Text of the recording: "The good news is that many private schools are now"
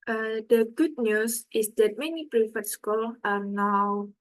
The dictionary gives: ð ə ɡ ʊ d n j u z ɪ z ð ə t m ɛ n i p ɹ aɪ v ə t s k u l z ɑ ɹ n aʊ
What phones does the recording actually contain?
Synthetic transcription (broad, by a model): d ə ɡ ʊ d n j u s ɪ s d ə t m ɛ n i p ɹ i f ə t s k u l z ɑ ɹ n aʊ